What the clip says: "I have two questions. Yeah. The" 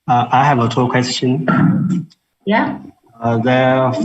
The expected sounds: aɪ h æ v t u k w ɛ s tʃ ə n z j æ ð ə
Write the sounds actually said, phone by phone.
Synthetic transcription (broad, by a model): aɪ h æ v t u k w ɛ s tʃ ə n j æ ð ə